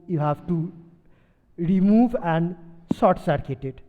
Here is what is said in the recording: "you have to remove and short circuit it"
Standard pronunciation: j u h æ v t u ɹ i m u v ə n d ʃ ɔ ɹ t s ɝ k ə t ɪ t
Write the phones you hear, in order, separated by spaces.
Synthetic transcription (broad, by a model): j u h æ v t u ɹ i m u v ə n d s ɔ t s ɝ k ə t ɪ t